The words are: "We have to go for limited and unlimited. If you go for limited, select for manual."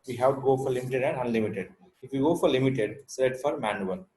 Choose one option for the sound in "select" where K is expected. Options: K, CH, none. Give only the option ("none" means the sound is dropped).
none